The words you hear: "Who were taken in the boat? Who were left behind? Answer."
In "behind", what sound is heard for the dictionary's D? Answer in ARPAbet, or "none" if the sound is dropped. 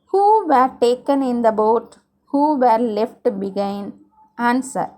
none